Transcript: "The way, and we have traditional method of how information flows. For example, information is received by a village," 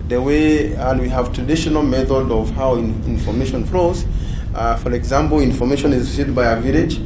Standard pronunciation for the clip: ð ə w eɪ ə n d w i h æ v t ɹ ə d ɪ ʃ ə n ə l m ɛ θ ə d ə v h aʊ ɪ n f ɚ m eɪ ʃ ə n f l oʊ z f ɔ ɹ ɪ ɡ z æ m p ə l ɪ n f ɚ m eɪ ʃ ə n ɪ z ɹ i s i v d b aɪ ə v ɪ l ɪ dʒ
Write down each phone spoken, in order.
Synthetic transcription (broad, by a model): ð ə w eɪ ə n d w i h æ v t ɹ ə d ɪ ʃ ə n ə l m ɛ θ ə d ə v h aʊ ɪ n f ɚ m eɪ ʃ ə n f l oʊ z f ɔ ɹ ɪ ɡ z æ m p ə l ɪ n f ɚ m eɪ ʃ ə n ɪ z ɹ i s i d b aɪ ə v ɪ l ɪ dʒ